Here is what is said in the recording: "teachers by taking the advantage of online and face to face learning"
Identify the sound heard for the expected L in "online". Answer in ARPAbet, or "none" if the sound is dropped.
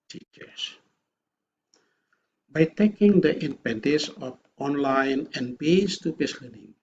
L